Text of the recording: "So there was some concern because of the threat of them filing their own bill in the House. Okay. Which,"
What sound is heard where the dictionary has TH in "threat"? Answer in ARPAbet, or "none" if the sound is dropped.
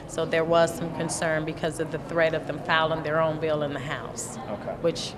TH